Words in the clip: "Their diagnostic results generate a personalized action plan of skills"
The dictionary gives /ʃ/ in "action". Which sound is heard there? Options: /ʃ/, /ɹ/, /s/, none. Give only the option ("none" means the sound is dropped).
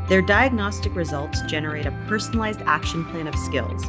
/ʃ/